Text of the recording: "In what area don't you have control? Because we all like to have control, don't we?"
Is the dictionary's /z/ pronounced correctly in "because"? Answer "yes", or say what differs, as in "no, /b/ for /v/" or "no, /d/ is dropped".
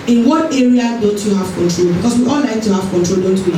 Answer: no, /s/ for /z/